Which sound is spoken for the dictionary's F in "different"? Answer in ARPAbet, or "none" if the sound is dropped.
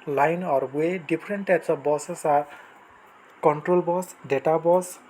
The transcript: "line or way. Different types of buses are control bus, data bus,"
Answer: P